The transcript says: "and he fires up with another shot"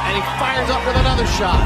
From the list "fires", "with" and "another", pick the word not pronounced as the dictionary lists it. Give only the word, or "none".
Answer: none